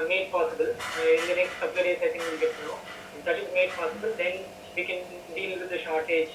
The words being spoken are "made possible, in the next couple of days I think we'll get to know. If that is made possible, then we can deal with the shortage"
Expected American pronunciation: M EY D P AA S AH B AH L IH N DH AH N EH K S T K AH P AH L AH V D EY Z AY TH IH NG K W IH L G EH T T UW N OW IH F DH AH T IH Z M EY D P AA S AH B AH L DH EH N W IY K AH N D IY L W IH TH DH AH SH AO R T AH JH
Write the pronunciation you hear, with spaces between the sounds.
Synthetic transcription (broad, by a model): M EY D P AA S AH B AH L IH N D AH N EH K S T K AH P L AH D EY S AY S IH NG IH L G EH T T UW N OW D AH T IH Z M EY D P AA S AH B AH L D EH N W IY K AH N D IY L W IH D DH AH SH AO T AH JH